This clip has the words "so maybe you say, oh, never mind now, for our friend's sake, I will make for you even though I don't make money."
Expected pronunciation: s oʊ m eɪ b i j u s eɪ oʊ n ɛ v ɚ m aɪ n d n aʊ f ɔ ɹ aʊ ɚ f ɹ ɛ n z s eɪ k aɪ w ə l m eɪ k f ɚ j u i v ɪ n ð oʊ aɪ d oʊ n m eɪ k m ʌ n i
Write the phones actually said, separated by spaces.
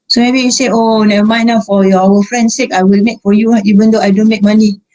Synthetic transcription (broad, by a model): s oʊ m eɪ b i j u s eɪ oʊ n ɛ ɚ m aɪ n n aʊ f ɔ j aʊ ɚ f ɹ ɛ n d s eɪ k aɪ w ə l m eɪ k f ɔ j u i b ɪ n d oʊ aɪ d oʊ n m eɪ k m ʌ n i